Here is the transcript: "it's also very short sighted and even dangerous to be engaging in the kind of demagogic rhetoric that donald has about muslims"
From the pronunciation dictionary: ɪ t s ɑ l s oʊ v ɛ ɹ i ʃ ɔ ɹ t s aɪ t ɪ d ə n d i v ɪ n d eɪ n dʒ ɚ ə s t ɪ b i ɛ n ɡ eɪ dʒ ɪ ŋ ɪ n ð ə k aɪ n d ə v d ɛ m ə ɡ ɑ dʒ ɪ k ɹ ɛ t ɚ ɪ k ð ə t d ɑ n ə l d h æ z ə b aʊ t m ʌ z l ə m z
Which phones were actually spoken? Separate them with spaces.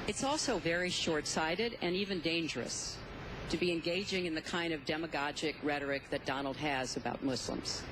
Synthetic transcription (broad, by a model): ɪ t s ɑ l s oʊ v ɛ ɹ i ʃ ɔ ɹ t s aɪ t ɪ d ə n i v ɪ n d eɪ n dʒ ɚ ə s t ɪ b i ɛ n ɡ eɪ dʒ ɪ ŋ ɪ n ð ə k aɪ n d ə v d ɛ m ə ɡ ɑ dʒ ɪ k ɹ ɛ t ɚ ɪ k ð ə t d ɑ n l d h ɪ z ə b aʊ t m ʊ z l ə m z